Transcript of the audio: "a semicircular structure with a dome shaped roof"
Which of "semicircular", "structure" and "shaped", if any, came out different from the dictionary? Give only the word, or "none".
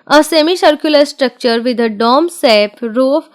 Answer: shaped